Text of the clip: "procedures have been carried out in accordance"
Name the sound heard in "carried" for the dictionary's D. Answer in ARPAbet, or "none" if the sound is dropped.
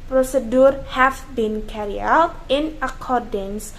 none